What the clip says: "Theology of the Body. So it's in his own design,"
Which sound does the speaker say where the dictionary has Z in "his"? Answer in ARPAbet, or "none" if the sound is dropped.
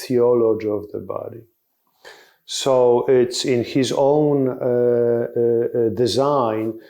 Z